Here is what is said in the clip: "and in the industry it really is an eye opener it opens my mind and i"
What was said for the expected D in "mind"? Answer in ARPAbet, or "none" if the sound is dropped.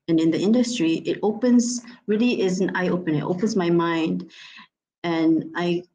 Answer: D